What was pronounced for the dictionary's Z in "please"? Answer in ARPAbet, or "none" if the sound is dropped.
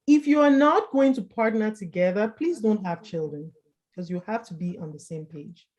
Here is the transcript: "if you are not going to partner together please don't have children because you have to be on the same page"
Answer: Z